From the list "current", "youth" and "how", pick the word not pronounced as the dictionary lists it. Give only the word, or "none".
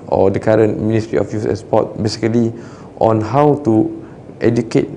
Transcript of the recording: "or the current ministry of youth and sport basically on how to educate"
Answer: youth